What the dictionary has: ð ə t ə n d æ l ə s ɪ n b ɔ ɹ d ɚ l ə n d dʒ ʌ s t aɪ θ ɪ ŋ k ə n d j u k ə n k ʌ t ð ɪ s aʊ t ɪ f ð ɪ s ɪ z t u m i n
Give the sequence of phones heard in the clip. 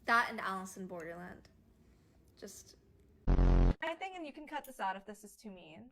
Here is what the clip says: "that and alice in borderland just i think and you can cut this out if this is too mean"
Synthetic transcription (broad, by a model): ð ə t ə n æ l ə s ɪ n b ɔ ɹ d ɚ l ə n d dʒ ʌ s t aɪ θ ɪ ŋ k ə n j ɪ k n k ʌ t ð ɪ s aʊ t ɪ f ð ɪ s ɪ z t u m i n